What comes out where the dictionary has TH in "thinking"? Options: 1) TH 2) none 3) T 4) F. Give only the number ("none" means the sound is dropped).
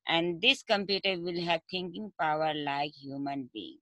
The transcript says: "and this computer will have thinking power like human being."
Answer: 3